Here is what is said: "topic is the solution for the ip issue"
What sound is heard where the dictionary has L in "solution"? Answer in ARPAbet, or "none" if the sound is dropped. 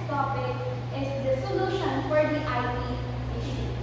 L